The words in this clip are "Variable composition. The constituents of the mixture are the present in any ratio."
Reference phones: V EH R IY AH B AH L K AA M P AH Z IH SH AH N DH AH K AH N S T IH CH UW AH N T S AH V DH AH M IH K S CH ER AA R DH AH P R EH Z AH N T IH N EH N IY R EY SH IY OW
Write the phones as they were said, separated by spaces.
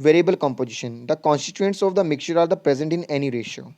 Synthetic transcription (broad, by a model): V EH R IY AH B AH L K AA M P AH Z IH SH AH N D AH K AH N S T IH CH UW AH N T S AH V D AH M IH K CH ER AA R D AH P R EH Z AH N T IH N EH N IY R EY SH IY OW